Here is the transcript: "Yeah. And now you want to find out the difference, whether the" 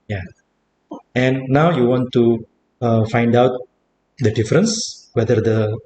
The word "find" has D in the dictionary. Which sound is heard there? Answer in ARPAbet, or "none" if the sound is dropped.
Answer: D